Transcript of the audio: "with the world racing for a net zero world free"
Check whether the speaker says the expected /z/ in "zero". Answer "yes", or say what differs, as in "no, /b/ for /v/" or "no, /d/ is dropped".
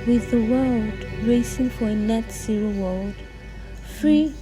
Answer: no, /s/ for /z/